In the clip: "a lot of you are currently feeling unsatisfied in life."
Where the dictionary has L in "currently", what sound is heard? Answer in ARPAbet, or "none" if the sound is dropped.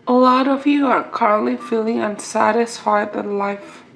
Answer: L